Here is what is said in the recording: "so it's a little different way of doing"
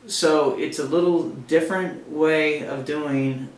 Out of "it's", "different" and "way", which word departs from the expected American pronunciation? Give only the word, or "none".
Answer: none